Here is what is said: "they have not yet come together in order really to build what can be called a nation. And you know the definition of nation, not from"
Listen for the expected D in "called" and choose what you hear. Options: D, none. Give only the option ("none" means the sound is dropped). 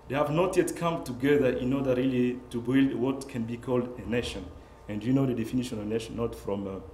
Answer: D